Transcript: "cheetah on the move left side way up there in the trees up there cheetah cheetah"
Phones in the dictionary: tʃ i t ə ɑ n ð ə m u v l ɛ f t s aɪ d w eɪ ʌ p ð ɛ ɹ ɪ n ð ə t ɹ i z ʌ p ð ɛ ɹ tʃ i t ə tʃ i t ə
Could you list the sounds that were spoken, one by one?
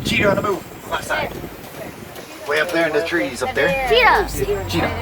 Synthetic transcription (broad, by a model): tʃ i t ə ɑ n ð ə m u v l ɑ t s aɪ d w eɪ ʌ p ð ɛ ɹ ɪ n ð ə t ɹ i z ʌ p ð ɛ ɹ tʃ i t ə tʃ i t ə